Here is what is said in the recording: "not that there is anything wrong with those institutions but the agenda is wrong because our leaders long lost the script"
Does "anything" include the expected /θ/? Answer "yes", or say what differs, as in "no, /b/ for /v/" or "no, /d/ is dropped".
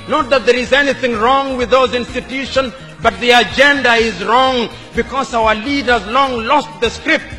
yes